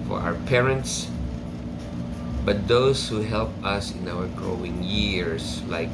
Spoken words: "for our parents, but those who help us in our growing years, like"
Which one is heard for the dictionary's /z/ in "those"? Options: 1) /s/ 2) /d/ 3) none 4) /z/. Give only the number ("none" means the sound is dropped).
1